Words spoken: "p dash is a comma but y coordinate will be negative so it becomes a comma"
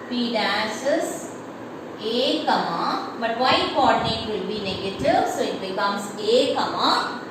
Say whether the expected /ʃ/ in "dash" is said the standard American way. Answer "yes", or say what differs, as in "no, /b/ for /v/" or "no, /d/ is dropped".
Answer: no, /s/ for /ʃ/